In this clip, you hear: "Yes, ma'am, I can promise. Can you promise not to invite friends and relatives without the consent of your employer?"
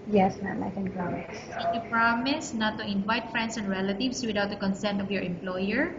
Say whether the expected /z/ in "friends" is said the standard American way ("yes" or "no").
no